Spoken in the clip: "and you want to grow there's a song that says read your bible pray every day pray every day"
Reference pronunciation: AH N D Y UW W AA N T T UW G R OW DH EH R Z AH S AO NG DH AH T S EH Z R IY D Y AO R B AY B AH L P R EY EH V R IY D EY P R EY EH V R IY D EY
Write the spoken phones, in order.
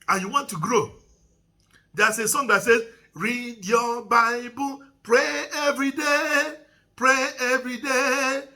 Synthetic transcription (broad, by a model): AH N Y UW W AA N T T UW G R OW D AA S AH S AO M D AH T S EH R IY D Y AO B AY B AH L P R EY EH V R IY D EY P R EY EH V R IY D EY